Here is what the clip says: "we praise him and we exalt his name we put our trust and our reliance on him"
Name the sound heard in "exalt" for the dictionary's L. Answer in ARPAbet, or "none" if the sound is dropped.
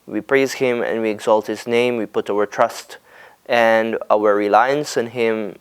L